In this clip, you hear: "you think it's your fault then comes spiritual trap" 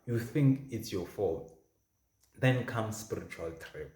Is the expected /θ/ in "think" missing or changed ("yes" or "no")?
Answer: no